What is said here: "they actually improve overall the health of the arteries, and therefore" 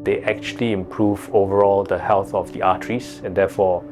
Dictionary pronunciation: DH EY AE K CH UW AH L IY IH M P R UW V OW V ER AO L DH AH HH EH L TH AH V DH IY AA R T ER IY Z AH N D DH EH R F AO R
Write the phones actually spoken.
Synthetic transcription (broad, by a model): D EY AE K CH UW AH L IY IH M P R UW V OW V ER AO L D AH HH EH L TH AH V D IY AA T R IY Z AH N D EH F AO